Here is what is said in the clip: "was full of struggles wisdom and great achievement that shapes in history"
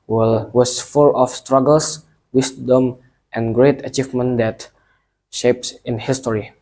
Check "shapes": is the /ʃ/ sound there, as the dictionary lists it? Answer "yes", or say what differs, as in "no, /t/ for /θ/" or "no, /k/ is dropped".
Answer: yes